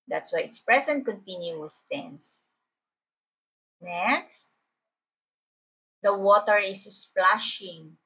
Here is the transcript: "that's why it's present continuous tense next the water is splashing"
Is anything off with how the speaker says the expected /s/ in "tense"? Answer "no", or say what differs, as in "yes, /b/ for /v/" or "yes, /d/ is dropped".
no